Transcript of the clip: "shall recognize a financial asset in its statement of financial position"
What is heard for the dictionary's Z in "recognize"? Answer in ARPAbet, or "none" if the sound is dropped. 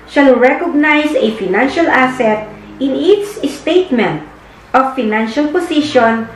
S